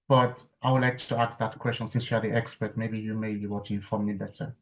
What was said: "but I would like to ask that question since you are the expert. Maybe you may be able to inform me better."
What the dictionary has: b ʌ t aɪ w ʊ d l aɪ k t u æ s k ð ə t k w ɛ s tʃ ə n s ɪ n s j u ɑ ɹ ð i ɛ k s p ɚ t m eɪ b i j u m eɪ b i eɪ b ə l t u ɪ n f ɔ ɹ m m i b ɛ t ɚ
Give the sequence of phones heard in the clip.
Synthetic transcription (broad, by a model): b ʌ t aɪ w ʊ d l aɪ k t u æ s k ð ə t k w ɛ s tʃ ə n s ɪ n s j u ɑ ɹ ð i ɛ k s p ɚ t m eɪ b i j u m eɪ b i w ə t u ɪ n f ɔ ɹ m m i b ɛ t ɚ